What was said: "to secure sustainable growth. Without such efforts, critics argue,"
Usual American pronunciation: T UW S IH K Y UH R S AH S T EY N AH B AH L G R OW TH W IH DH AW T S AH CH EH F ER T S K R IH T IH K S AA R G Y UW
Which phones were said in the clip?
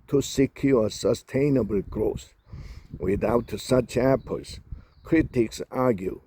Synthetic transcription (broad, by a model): T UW S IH K Y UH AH S AH S T EY N AH B AH L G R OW S W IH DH AW T S AH CH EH P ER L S K R IH T IH K S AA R G Y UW